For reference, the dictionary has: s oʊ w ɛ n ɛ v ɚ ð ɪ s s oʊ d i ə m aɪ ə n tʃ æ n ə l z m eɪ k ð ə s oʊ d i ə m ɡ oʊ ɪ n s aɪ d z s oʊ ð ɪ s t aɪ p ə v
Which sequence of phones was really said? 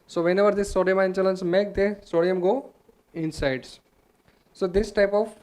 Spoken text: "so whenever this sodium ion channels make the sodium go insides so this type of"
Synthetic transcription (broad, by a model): s oʊ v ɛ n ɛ v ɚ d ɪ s s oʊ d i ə m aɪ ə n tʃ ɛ l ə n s m eɪ k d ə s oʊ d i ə m ɡ oʊ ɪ n s aɪ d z s oʊ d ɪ s t aɪ p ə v